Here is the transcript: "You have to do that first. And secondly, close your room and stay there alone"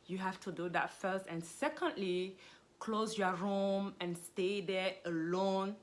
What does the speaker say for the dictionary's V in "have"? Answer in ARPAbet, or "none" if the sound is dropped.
F